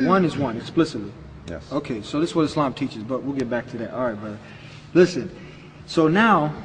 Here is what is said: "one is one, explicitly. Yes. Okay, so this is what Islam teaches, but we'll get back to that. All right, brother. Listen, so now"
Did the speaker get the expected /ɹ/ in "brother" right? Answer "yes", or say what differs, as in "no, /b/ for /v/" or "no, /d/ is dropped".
no, /ɹ/ is dropped